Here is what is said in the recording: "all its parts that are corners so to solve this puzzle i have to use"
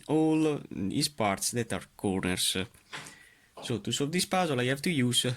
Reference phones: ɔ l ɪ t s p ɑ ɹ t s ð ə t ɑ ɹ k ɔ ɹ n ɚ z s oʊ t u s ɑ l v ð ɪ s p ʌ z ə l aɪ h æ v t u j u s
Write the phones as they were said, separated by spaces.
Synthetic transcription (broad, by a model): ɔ l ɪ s p ɑ ɹ t s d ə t ɑ ɹ k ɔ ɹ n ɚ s s oʊ t u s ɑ v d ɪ s p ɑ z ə l aɪ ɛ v t u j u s